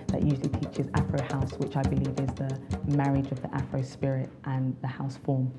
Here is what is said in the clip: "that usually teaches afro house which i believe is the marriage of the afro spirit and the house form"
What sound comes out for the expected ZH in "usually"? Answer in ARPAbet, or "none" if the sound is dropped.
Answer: ZH